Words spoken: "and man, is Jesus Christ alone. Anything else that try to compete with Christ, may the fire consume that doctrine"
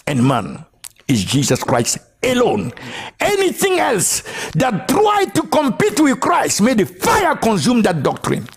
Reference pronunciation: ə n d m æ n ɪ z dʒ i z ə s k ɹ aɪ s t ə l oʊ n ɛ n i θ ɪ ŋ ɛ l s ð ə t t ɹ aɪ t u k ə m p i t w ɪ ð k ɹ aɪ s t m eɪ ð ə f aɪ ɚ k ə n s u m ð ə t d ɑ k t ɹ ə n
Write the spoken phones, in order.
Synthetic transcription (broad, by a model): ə n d m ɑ n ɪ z dʒ i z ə s k ɹ aɪ s t ə l oʊ n ɛ n i θ ɪ ŋ ɛ l s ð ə t t ɹ aɪ t u k ə m p i t w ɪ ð k ɹ aɪ s t m eɪ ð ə f aɪ ɚ k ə n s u m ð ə t d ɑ k t ɹ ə n